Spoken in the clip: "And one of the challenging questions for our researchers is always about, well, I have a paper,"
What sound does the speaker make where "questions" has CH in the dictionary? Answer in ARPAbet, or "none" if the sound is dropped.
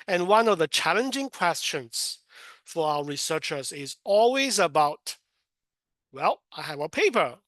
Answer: CH